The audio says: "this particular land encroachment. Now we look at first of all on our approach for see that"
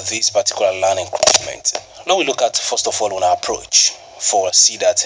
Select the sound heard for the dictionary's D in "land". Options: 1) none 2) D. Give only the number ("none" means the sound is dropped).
1